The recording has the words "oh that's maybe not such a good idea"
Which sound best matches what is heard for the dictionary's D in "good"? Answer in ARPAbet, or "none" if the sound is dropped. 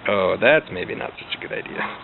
D